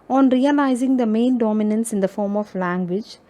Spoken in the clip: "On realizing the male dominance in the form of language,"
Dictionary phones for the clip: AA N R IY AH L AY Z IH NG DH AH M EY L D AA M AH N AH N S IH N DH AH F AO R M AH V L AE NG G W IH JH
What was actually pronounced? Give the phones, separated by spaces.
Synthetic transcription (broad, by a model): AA N R IY AH L AY Z IH NG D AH M EY N D AA M AH N AH N S IH N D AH F AO R M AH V L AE NG G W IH JH